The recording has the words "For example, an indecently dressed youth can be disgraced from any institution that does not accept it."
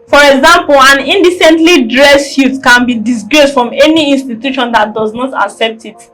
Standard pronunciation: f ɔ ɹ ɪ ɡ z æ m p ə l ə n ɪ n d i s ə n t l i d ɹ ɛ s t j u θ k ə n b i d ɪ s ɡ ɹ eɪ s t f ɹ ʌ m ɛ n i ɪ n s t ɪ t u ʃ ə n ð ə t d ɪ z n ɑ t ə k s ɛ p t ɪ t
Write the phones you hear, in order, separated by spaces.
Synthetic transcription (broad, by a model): f ɔ ɹ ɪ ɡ z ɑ m p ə l ə n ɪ n d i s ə n t l i d ɹ ɛ s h j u t k ə n b i d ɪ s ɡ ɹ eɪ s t f ɹ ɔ m ɛ n i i n s t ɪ t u ʃ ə n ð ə t d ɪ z n ɑ t ə k s ɛ p t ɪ t